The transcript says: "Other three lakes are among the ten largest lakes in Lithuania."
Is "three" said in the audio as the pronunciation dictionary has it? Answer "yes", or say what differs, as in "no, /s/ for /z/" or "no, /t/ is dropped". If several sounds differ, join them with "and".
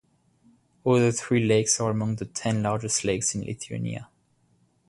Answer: yes